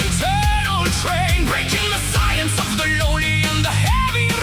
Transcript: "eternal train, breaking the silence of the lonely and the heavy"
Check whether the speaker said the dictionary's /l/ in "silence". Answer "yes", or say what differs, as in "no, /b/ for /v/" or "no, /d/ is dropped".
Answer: no, /l/ is dropped